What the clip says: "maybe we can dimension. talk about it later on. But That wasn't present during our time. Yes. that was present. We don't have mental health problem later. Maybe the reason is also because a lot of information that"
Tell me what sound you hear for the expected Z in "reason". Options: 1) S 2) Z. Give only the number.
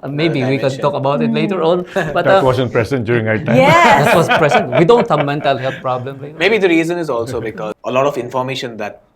2